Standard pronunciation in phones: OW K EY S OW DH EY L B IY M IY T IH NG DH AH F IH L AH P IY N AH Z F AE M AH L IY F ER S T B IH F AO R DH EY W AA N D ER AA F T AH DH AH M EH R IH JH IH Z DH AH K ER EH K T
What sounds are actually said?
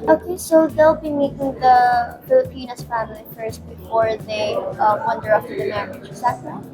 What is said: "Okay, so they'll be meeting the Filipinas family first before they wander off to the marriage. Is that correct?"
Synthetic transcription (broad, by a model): OW K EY S OW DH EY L B IY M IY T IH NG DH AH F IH L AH P IY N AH S F AE M AH L IY F ER S T B IH F AO R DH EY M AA N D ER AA P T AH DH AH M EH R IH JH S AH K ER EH